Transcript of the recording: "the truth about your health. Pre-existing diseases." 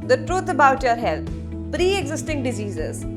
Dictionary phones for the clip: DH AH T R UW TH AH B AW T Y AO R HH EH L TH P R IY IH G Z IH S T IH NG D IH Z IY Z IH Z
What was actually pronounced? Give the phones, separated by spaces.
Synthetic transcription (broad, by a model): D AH T R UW T AH B AW T Y AO R HH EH L T P R IY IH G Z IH S T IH NG D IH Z IY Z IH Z